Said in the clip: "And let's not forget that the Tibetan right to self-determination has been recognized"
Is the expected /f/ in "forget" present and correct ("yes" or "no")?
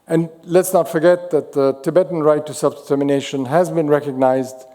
yes